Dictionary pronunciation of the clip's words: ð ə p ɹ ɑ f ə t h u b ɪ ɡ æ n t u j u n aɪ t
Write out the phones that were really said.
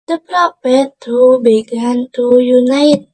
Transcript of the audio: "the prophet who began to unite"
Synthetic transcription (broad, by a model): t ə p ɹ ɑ p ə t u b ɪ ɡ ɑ n t u j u n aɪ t